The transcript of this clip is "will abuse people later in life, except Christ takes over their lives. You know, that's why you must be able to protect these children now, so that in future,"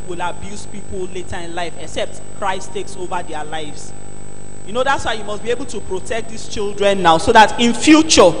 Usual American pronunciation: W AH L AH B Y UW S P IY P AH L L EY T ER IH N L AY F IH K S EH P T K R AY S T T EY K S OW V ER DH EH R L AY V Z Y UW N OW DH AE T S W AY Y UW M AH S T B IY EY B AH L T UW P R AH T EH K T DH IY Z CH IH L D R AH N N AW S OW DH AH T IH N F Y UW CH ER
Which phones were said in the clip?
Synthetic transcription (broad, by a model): W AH L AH B Y UW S P IY P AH L L EY T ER IH N L AY F IH K S EH P T K R AY S T T EY K S OW V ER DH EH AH L AY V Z Y UW N OW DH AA T S W AY Y UW M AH S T B IY EY B AH L T UW P R AH T EH K T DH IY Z CH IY L D R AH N N AW S OW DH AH T IH N F Y UW CH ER